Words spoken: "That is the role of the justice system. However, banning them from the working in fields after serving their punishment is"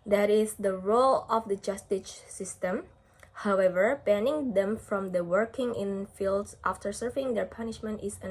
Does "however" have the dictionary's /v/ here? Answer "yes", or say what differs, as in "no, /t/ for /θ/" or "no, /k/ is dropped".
yes